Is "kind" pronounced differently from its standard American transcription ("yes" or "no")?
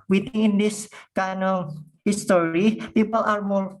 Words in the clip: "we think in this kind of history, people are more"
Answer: yes